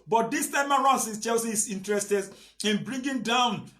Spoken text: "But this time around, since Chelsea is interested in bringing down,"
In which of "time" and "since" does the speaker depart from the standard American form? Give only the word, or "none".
since